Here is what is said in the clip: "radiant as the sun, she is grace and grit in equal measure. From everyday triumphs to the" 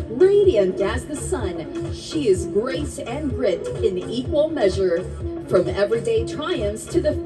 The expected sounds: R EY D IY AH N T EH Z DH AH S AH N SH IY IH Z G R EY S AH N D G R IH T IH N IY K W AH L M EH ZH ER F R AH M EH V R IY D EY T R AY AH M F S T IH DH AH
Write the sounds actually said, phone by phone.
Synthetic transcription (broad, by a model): R EY D IY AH N T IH Z DH AH S AH N SH IY IH Z G R EY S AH N R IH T IH N IY K W AH L M EH ZH ER F R AH M EH V R IY D EY T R AY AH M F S T IH DH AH